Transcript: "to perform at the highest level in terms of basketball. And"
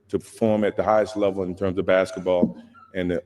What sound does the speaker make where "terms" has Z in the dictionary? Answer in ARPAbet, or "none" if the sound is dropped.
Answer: Z